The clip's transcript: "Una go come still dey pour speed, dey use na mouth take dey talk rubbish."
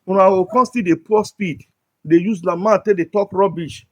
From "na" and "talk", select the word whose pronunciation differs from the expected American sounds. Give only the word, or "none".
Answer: na